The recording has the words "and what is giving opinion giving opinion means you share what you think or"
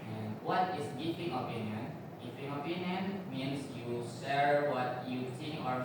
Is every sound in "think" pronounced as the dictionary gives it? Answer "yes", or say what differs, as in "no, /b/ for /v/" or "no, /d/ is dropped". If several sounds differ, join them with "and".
no, /s/ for /θ/ and /k/ is dropped